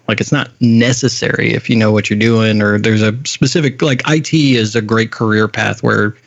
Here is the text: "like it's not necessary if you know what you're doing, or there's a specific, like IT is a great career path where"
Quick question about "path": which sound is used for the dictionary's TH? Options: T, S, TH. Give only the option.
TH